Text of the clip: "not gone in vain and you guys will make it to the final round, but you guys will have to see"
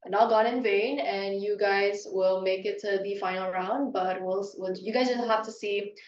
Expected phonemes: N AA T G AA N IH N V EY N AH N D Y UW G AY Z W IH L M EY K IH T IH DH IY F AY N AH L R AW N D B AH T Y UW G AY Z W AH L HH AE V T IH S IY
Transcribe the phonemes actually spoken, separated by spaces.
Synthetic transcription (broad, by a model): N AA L G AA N IH N V EY N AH N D Y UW G AY Z W IH L M EY K IH T IH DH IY F AY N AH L R AW N D B AH T Y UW G AY Z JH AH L HH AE F T IH S IY